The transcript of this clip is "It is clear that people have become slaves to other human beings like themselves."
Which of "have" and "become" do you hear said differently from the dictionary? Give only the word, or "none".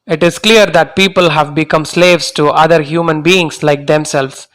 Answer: none